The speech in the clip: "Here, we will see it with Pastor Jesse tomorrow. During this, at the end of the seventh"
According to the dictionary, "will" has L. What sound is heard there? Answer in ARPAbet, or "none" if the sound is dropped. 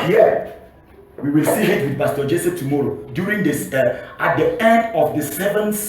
L